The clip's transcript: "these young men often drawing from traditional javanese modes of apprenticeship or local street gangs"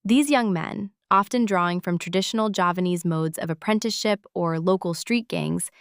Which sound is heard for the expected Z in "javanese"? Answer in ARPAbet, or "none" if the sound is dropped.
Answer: Z